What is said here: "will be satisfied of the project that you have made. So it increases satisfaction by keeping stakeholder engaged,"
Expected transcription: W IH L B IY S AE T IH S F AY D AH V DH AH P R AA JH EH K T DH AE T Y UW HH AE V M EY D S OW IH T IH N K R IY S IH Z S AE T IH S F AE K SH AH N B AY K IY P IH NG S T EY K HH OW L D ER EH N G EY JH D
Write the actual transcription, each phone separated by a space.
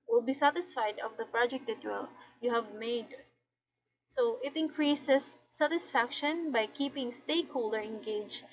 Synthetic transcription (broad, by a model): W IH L B IY S AE T IH S F AY D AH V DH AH P R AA JH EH K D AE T Y UW HH AE V M EY D S OW IH T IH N K R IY S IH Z S AE T IH S F AE K SH AH N B AY K IY P IH NG S T EY K HH OW L D ER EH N G EY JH